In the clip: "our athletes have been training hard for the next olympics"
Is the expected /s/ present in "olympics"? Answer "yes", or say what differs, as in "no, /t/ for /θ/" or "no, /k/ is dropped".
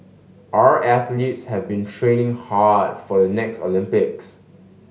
yes